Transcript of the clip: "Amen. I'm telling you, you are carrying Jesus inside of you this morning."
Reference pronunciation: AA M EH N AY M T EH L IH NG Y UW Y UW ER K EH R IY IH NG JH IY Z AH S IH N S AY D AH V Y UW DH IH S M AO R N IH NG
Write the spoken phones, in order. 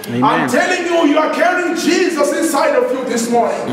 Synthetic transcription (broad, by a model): AA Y M T EH L IH NG Y UW Y UW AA K EH R IY IH NG JH IY Z AH S IH N S AY D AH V Y UW DH IH S M AO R N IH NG